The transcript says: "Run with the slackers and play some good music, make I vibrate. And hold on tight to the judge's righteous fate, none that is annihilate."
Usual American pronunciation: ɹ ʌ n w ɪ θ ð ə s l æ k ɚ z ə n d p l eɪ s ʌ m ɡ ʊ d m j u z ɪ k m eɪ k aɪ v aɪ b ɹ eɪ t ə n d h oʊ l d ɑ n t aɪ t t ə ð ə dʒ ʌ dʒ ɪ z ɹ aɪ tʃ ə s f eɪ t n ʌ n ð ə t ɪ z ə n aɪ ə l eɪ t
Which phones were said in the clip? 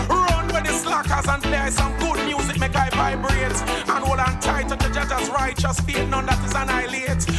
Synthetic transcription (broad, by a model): ɹ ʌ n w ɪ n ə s l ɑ k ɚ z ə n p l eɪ s ʌ m ɡ ʊ d m j u z ɪ k m eɪ k aɪ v aɪ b ɹ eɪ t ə n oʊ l ɑ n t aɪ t t ə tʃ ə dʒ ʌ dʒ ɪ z ɹ aɪ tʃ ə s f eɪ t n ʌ n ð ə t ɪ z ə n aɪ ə l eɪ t